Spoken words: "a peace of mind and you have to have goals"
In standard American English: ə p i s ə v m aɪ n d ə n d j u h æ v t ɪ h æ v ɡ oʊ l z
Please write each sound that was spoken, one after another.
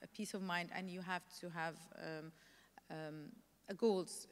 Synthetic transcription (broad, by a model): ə p i s ə v m aɪ n d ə n j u h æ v t ɪ h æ v ɡ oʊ l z